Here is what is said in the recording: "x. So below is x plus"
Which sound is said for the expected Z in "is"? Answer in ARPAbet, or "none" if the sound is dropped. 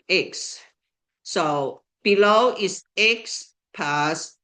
S